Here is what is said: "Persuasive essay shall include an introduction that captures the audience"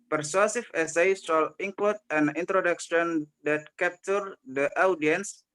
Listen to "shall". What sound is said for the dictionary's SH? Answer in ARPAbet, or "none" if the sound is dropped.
S